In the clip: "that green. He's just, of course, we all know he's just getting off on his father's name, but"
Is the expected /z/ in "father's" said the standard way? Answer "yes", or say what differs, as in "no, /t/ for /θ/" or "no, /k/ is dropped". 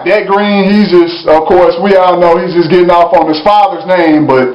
yes